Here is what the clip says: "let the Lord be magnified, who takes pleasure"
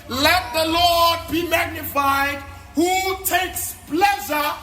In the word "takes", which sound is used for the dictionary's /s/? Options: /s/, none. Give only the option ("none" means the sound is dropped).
/s/